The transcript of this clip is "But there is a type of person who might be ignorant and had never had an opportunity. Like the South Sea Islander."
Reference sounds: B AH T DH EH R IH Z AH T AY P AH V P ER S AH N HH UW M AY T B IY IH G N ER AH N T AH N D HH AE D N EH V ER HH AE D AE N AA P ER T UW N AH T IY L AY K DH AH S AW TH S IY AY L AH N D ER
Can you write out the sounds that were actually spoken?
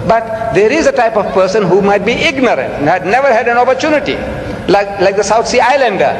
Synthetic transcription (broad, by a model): B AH T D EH R IH Z AH T AY P AH V P ER S AH N HH UW M AY T B IY IH G N ER AH N T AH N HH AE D N EH V ER HH AE D AE N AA P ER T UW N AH T IY L AY K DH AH S AW T S IY AY L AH N D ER